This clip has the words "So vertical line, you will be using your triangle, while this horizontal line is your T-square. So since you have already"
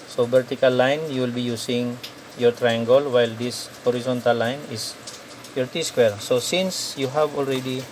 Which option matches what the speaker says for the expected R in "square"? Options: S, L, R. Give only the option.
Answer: R